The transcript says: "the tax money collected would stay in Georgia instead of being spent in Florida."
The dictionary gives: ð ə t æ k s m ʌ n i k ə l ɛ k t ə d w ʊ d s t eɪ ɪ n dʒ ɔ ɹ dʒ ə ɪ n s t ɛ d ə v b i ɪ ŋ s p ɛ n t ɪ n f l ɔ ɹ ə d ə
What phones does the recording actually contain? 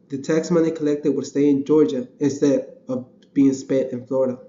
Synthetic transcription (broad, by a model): ð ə t æ k s m ʌ n i k ə l ɛ k t ə d w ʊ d s t eɪ ɪ n dʒ ɔ ɹ dʒ ə ɪ n s t ɛ d ə v b i ɪ ŋ s p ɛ t ɪ n f l ɔ ɹ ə d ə